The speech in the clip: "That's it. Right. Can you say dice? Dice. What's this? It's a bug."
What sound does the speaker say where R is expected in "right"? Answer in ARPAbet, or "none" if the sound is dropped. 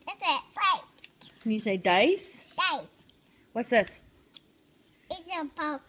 L